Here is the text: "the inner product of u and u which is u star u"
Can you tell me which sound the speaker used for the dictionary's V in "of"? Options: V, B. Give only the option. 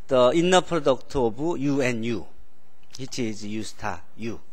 B